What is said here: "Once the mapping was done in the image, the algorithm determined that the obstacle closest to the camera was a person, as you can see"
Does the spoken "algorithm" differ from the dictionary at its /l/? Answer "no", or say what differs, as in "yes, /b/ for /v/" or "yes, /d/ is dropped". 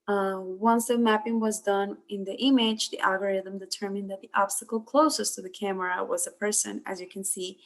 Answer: no